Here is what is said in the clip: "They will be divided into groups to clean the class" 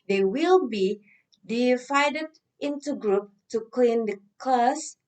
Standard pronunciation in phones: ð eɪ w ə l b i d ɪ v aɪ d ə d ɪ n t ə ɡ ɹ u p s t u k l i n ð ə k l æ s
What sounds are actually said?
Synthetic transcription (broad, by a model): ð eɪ w ə l b i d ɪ f aɪ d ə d ɪ n t ə ɡ ɹ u p t u k l i n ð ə k l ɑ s